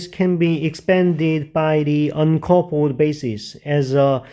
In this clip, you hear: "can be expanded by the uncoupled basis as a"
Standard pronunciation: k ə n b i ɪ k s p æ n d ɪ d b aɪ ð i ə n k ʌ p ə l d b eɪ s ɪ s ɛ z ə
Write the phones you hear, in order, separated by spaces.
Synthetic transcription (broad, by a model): k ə n b i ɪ k s p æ n d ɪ d b aɪ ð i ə n k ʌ p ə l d b eɪ s ɪ s ɛ z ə